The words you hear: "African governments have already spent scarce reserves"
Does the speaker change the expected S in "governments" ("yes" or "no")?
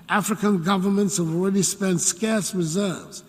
no